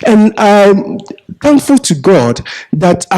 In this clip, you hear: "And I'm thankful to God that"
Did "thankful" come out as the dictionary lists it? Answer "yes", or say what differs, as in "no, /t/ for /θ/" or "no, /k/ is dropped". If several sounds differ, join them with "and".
yes